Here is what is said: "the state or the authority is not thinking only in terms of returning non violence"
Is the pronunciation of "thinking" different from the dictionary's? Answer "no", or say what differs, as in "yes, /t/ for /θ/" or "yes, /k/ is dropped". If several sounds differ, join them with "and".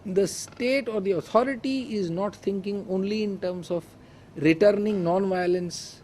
yes, /t/ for /θ/